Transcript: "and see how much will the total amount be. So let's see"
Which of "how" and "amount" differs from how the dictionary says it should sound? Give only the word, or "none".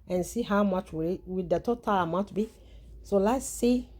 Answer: amount